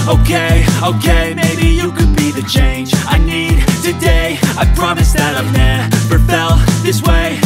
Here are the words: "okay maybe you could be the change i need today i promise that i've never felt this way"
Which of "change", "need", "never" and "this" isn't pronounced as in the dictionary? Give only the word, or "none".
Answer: never